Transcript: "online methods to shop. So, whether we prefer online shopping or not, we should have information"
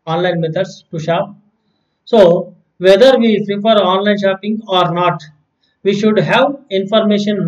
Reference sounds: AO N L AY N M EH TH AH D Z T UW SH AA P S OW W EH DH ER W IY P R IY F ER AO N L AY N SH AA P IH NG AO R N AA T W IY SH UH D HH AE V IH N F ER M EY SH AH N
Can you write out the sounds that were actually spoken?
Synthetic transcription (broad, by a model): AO N L AY N M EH T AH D S T UW SH AA P S OW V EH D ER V IY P R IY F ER AO N L AY N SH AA P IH NG AO R N AA T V IY SH UH D HH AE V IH N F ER M EY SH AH N